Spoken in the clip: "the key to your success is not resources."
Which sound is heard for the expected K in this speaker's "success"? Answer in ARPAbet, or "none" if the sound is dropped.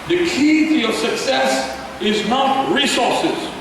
K